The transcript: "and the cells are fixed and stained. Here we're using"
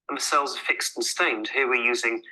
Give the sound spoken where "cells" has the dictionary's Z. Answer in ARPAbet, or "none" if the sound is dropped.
Z